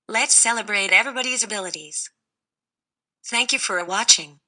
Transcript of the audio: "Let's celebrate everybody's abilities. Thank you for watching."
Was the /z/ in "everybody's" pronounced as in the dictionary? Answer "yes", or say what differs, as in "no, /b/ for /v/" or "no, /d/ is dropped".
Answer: yes